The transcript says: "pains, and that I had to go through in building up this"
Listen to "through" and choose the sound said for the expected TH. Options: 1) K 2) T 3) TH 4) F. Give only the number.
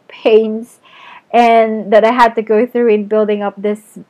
3